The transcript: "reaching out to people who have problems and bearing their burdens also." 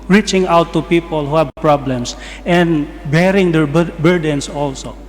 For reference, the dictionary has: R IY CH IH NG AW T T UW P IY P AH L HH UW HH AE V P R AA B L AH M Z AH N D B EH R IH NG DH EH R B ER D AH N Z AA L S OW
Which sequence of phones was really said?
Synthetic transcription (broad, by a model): R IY CH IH NG AW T T UW P IY P AH L HH UW HH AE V P R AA B L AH M S AH N D B EH R IH NG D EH R B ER D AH N S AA L S OW